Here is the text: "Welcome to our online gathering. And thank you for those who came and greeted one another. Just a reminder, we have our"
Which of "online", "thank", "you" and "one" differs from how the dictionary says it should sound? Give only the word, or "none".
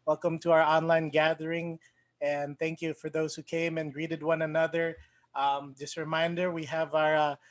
none